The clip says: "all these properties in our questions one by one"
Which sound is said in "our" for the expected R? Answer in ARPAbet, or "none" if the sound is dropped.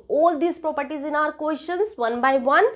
R